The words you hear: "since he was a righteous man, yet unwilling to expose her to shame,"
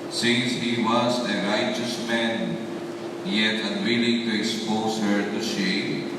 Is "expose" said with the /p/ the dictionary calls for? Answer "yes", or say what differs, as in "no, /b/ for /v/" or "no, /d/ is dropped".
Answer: yes